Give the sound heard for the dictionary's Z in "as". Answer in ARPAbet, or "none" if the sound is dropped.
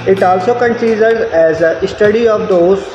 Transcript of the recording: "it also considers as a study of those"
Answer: Z